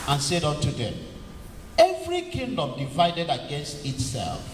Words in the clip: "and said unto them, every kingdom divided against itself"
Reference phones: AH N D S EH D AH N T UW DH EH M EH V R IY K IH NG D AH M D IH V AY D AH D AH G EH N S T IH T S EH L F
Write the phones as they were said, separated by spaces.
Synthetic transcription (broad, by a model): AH N S EH D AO N T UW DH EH M EH V R IY K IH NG D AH M D IH V AY D AH D AH G EH N S T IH T S EH L F